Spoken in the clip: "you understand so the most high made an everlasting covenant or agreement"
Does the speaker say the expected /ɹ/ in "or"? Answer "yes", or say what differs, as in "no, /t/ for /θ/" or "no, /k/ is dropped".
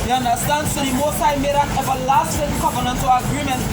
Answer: no, /l/ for /ɹ/